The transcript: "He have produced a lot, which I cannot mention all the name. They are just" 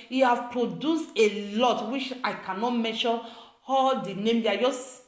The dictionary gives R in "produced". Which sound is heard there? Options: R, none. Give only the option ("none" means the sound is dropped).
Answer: R